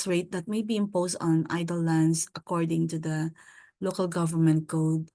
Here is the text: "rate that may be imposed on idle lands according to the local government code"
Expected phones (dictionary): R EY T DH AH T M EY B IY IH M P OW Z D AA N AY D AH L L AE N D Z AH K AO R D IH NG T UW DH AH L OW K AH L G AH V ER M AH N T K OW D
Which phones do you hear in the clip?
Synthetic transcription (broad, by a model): R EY T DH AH T M EY B IY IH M P OW S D AA N AY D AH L L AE N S AH K AO R D IH NG T UW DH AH L OW K AH L G AH V ER M AH N T K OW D